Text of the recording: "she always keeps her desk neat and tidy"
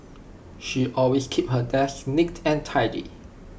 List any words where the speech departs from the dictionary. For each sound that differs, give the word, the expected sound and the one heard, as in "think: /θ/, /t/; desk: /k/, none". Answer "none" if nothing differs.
always: /z/, /s/; keeps: /s/, none